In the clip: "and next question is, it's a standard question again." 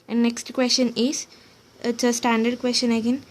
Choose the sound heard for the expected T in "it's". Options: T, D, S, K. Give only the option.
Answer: S